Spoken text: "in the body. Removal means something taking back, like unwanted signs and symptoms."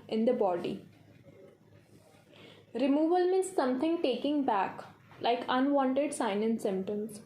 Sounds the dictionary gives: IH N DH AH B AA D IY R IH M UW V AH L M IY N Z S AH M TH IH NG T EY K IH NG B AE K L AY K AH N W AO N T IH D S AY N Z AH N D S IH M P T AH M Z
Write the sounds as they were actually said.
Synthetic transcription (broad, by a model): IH N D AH B AA D IY R IH M UW V AH L M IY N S AH M T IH NG T EY K IH NG B AE K L AY K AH N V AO N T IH D S AY N AH N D S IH M P T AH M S